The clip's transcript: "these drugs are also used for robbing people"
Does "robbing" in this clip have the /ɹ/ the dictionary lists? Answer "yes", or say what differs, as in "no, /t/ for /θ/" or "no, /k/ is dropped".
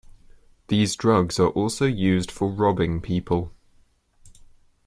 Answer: yes